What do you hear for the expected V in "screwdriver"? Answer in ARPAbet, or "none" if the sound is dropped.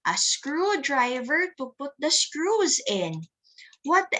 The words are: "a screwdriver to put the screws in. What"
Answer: V